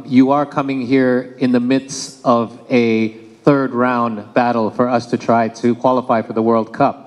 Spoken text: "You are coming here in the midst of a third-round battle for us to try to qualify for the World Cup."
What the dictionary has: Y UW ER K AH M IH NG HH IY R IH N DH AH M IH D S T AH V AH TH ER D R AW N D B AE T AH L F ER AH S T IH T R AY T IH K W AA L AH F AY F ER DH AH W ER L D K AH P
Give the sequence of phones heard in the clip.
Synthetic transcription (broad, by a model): Y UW ER K AH M IH NG HH IY R IH N DH AH M IH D S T AH V AH TH ER D R AW N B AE T L F ER AH S T IH T R AY T IH K W AA L AH F AY F ER DH AH W ER L D K AH P